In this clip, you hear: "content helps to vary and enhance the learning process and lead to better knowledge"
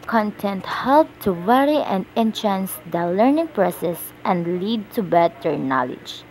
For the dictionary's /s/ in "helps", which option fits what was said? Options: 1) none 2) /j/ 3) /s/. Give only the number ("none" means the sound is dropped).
1